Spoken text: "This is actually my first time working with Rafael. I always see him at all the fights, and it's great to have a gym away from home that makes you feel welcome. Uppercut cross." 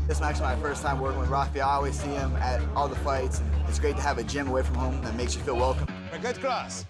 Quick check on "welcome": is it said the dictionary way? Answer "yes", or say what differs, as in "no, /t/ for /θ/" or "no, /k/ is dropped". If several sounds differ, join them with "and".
yes